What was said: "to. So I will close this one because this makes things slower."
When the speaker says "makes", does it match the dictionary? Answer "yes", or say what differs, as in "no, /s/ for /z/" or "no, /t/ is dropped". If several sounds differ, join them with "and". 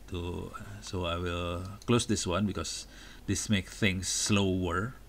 no, /s/ is dropped